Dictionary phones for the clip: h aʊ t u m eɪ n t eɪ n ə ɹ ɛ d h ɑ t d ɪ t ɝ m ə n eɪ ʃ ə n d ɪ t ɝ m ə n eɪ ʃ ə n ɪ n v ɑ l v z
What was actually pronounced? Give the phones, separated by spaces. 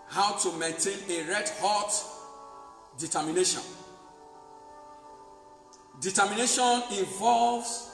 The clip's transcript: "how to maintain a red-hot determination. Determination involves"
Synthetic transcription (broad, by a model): h aʊ t u m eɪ n t eɪ n ə ɹ ɛ d h ɑ t d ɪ t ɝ m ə n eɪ ʃ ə n d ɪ t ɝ m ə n eɪ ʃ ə n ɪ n v ɑ l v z